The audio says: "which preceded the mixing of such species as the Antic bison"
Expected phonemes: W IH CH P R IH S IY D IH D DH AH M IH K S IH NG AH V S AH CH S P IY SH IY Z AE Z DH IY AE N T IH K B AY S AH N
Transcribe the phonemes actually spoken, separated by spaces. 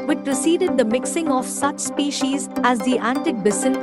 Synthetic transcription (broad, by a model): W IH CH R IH S IY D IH D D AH M IH K S IH NG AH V S AH CH S P IY SH IY Z AE Z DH IY AE N T IH K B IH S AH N